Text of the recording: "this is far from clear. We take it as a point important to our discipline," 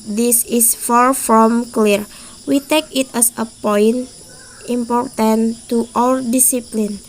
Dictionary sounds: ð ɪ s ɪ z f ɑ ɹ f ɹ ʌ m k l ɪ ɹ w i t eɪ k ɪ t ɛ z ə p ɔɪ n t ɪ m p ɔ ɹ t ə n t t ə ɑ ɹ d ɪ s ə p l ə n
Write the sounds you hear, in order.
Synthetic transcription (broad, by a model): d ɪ s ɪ s f ɑ ɹ f ɹ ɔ m k l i ɹ w i t eɪ k ɪ t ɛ s ə p ɔɪ n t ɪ m p ɔ ɹ t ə n t t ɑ l d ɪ s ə p l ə n